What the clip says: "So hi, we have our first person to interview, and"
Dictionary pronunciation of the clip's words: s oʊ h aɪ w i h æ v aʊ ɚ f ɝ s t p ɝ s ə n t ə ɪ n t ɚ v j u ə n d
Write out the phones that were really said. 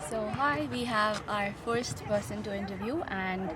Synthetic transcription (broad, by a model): s oʊ h aɪ w i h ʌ v aʊ ɚ f ɝ s t b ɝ s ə n t ə ɪ n t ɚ v j u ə n